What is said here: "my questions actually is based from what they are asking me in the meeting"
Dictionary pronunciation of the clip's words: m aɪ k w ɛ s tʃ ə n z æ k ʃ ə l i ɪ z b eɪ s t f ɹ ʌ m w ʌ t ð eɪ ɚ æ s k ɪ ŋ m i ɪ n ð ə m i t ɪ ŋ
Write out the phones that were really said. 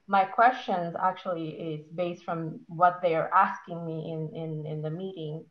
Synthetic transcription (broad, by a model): m aɪ k w ɛ s tʃ ə n z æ k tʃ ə l i ɪ z b eɪ s t f ɹ ʌ m w ʌ t ð eɪ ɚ æ s k ɪ ŋ m i ɪ n ð ə m i t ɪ ŋ